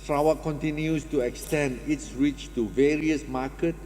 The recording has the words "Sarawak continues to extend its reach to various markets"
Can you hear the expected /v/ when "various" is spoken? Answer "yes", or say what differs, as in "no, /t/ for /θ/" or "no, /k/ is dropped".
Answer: yes